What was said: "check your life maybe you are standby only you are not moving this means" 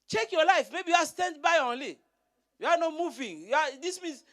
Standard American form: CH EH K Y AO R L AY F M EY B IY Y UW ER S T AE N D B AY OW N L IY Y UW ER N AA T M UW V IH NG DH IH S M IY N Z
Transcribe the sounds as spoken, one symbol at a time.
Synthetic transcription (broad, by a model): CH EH K Y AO L AY F M EY B IY Y UW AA S T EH N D B AY OW N L IY Y UW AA N AA T M UW V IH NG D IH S M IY N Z